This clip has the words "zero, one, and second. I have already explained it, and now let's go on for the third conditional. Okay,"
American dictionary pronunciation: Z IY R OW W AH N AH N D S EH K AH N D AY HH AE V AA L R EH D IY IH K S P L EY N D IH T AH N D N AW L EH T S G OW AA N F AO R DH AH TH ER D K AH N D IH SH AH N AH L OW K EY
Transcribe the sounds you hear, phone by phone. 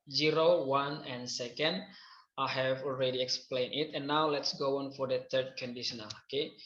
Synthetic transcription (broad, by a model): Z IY R OW W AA N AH N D S EH K AH N D AY HH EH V AA L R EH D IY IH K S P L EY N IH T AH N N AW L EH T S G OW AA N F AO R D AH T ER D K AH N D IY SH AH N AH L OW K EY